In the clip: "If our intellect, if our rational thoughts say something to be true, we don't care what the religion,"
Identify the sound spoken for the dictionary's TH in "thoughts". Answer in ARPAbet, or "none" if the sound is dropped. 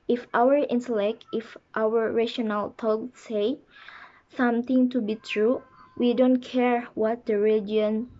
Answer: T